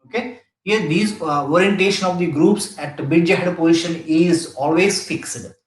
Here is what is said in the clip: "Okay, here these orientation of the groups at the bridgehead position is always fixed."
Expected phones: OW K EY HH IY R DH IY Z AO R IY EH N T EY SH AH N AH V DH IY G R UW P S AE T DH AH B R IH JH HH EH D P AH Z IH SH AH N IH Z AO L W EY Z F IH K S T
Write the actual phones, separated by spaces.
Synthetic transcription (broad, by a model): OW K EY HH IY R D IY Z AO R IY EH N T EY SH AH N AH V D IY G R UW P S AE T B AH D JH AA HH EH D P AH Z IH SH AH N IH Z AO L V EY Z F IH K S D